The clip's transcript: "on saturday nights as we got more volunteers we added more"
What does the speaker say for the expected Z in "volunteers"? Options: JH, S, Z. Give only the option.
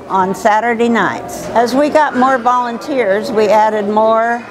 Z